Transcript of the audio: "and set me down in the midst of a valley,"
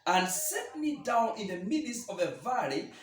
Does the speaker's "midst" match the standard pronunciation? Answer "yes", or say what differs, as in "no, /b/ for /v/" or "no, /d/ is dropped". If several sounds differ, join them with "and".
no, /t/ is dropped